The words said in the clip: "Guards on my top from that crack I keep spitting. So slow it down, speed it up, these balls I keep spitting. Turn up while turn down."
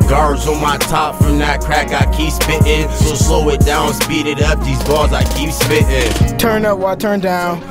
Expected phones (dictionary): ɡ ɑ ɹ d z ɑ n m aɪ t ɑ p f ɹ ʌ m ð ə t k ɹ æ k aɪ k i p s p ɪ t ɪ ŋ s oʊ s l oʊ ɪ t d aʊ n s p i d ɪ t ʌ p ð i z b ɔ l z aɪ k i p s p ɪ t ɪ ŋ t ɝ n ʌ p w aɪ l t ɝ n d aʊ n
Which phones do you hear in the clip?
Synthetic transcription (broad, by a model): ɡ ɑ ɹ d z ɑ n m aɪ t ɑ p f ɹ ʌ m ð ə t k ɹ æ k aɪ k i p s p ɪ t ɪ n s oʊ s l oʊ ɪ t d aʊ n s p i d ɪ t ʌ p ð i z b ɔ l z aɪ k i p s p ɪ t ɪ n t ɝ n ʌ p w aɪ t ɝ n d aʊ n